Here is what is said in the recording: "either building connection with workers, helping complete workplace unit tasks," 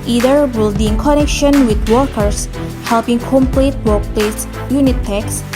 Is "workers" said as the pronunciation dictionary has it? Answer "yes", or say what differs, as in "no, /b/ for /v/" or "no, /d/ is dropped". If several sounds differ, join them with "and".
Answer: no, /s/ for /z/